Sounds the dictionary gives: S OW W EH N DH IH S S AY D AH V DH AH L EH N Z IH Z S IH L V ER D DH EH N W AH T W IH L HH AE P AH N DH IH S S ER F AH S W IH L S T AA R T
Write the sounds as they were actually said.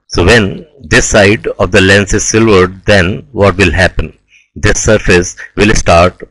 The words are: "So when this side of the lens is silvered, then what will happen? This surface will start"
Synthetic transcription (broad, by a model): S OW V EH N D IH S S AY D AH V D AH L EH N S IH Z S IH L V ER D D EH N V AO T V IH L HH AE P AH N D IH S S ER F AH S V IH L S T AA R T